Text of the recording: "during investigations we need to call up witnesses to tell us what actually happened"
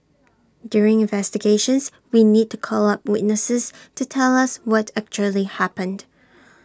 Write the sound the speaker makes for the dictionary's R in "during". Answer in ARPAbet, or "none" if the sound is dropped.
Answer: R